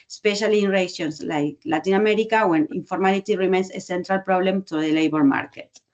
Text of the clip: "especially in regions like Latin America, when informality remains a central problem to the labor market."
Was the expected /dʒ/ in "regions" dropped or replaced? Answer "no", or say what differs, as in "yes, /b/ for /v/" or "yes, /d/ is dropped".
yes, /ʃ/ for /dʒ/